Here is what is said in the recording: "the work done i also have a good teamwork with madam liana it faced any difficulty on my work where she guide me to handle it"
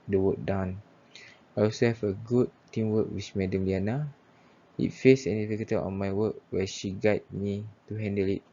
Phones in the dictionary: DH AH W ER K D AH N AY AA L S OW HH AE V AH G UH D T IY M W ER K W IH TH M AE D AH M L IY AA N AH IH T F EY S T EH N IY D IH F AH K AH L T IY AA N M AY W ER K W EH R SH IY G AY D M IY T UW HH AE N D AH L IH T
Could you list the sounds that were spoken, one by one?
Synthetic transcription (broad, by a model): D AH W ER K D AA N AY AA L S OW HH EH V AH G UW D T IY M W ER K W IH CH M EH D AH M L IY AA N AH IH T F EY S EH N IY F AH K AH T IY AA N M AY W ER K W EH SH IY G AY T M IY T UW HH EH N D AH L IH T